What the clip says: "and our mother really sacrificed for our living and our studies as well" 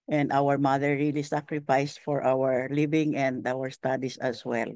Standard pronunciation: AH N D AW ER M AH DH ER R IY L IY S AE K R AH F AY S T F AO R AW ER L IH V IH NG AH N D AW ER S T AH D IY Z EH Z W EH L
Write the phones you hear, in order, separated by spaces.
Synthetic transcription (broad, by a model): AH N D AW ER M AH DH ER R IY L IY S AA K R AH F AY S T F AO R AW ER L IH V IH NG AH N D AW ER S T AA D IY S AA S W EH L